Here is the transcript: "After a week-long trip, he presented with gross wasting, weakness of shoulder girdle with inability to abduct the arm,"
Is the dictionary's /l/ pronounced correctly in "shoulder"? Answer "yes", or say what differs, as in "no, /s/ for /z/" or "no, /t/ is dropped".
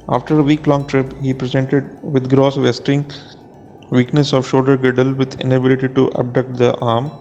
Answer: no, /l/ is dropped